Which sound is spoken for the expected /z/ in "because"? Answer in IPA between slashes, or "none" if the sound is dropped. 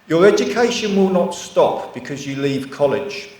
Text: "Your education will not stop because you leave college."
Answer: /z/